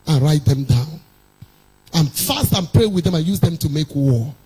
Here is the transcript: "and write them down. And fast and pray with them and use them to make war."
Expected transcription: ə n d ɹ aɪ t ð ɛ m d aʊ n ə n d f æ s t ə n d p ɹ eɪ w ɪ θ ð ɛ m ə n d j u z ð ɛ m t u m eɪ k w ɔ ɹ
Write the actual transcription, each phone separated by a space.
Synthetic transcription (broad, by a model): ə n ɹ aɪ t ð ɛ m d aʊ n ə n f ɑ s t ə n p ɹ eɪ w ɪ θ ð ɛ m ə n j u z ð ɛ m t u m eɪ k w ɔ